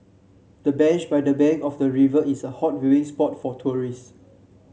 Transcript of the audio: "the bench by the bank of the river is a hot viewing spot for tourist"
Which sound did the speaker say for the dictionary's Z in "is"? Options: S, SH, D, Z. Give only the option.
S